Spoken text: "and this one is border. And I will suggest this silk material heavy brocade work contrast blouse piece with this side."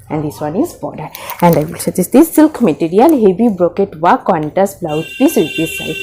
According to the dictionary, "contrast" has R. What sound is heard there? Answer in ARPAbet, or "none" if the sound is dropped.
none